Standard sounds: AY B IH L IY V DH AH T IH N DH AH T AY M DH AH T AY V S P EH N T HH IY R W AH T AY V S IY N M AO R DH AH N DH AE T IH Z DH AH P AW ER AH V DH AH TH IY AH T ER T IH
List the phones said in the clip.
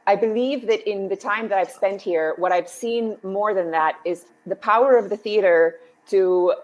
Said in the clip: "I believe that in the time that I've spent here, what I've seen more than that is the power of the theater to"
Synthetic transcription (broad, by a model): AY B IH L IY V DH AH T IH N DH AH T AY M DH AH T AY V S P EH N T HH IY R W AH T AY V S IY N M AO R DH AH N DH AE T IH Z DH AH P AW ER AH V DH AH TH IY AH T ER T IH